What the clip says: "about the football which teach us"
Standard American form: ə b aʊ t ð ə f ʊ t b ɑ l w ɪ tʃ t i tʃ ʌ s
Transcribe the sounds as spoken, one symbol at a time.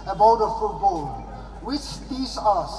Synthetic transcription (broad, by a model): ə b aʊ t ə f ʊ t b ɑ l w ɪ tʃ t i s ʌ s